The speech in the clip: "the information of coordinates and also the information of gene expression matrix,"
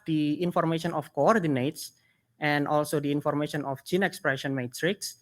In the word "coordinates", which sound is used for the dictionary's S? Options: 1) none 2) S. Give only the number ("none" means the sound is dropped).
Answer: 2